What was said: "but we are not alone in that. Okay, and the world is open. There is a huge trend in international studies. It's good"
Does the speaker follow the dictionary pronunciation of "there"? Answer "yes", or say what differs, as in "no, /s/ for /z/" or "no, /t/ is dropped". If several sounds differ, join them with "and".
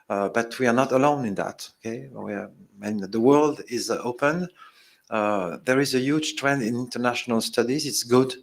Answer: yes